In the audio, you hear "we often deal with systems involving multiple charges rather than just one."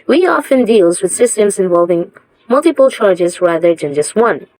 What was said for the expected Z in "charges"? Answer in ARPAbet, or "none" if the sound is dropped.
Z